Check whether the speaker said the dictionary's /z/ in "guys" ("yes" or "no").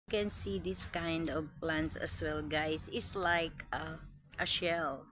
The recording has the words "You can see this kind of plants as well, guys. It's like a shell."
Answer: no